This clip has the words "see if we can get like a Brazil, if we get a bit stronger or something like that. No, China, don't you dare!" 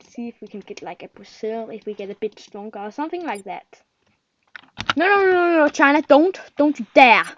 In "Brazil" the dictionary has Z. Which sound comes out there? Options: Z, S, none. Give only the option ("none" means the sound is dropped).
S